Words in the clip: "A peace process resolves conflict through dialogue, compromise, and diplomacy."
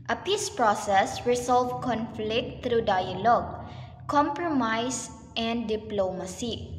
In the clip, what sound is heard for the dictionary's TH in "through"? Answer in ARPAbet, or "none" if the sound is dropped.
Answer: T